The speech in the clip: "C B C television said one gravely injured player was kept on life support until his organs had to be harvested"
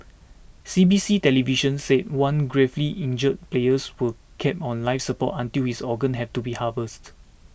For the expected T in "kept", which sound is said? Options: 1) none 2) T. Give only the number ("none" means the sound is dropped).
1